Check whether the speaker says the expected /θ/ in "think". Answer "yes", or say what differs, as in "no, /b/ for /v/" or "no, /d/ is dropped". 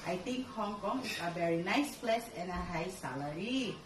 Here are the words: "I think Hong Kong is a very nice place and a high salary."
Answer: no, /t/ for /θ/